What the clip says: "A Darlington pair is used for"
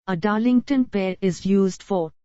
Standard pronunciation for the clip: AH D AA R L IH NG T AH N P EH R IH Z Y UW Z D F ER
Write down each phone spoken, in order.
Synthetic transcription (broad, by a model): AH D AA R L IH NG T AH N P EH R IH Z Y UW Z D F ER